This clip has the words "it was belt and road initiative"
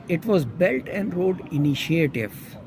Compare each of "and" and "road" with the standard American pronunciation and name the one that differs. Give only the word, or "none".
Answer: none